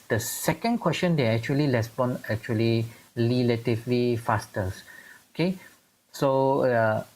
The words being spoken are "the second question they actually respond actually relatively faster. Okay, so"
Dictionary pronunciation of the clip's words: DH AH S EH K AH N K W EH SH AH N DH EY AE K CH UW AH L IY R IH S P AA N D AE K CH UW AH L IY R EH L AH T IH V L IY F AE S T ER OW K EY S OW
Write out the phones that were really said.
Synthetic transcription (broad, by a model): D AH S EH K AH N K W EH S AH N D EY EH K CH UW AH L IY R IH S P AA N EH K CH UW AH L IY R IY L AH T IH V L IY F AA S T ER OW K EY S OW